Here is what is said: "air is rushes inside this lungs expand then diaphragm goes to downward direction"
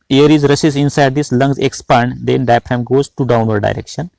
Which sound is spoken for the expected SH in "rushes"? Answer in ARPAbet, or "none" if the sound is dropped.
S